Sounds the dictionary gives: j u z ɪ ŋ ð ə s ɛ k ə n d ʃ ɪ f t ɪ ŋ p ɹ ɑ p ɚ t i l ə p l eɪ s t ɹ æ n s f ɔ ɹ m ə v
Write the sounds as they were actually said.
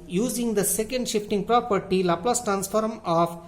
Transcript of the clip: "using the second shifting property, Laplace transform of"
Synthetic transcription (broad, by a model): j u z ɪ ŋ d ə s ɛ k ə n d ʃ ɪ f t ɪ ŋ p ɹ ɑ p ɚ t i l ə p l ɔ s t ɹ æ n s f ɔ ɹ m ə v